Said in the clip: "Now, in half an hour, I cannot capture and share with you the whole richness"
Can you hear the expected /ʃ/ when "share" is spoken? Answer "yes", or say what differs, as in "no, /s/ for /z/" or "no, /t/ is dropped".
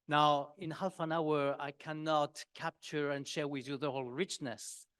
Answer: yes